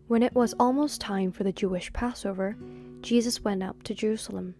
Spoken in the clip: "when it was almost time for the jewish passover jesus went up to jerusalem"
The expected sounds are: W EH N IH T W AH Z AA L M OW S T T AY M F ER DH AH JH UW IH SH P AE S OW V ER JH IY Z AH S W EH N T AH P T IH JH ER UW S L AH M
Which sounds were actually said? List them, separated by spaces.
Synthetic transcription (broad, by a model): W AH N IH T W AH Z AA L M OW S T T AY M F ER DH AH JH UW IH SH P AE S OW V ER JH IY Z AH S W EH N T AH P T IH JH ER UW S L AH M